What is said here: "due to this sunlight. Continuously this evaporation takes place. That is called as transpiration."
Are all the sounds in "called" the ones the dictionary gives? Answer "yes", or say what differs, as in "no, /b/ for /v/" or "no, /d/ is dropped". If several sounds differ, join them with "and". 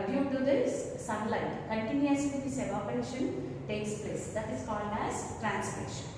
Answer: yes